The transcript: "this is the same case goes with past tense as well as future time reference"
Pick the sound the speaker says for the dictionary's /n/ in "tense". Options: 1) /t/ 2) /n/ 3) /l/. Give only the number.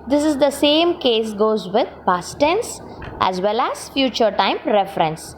2